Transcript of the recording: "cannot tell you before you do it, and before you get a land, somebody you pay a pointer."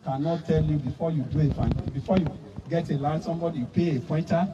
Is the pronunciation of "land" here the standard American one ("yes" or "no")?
no